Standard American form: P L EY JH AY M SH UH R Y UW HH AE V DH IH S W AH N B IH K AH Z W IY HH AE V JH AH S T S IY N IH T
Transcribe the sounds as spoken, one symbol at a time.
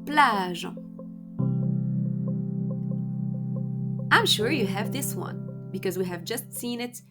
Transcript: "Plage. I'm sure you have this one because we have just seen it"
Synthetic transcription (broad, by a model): P L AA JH AY M SH UH R Y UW HH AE V DH IH S W AH N B IH K AH Z W IY HH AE V JH AH S T S IY N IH T